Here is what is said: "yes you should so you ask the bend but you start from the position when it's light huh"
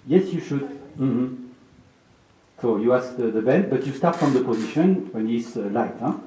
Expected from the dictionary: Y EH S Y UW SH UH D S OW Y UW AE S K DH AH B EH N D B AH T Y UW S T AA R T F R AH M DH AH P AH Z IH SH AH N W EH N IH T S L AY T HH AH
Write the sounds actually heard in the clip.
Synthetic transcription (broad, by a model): Y EH S Y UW SH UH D S OW Y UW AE S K DH AH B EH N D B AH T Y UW S T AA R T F R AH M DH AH P AH Z IH SH AH N W EH N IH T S L AY T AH